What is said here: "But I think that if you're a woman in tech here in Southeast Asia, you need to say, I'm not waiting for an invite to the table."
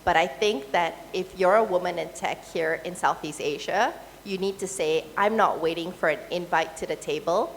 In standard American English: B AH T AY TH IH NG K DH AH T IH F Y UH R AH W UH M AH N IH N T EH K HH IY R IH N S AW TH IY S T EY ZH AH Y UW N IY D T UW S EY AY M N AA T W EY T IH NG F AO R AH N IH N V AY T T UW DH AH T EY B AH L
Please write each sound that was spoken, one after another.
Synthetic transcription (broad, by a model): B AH T AY TH IH NG K DH AH T IH F Y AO R AH W UH M AH N IH N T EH K HH IY R IH N S AW TH IY S T EY ZH AH Y UW N IY D T UW S EY AY M N AA T W EY T IH NG F AO R AH N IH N V AY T T UW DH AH T EY B AH L